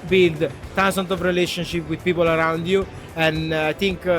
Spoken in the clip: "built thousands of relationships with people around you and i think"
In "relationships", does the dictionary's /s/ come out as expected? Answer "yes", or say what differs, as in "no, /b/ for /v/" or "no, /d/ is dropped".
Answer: no, /s/ is dropped